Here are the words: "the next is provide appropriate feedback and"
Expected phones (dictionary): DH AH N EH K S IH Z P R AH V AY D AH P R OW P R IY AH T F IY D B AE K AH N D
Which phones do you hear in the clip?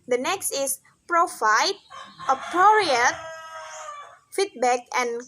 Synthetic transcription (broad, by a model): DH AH N EH K S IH S P R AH F AY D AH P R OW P R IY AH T F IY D B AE K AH N